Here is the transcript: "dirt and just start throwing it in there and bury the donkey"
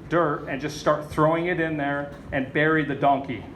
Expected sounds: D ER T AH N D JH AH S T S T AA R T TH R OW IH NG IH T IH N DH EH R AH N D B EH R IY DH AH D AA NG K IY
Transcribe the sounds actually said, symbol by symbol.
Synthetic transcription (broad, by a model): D ER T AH N JH AH S T S T AA R T TH R OW IH NG IH T IH N DH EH R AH N B EH R IY DH AH D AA NG K IY